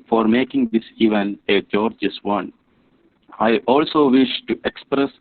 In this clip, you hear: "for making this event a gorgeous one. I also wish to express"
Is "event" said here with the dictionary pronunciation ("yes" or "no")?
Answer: no